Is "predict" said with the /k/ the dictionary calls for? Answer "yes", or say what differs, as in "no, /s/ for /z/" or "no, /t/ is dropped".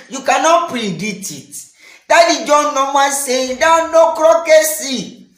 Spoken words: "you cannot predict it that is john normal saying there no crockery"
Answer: no, /k/ is dropped